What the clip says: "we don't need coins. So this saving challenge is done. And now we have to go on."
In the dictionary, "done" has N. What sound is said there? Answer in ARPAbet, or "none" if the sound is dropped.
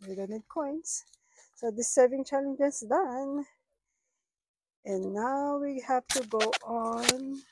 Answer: N